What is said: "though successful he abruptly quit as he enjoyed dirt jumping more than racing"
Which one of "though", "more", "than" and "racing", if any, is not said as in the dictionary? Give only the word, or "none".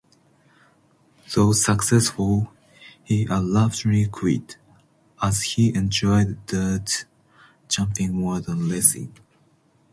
racing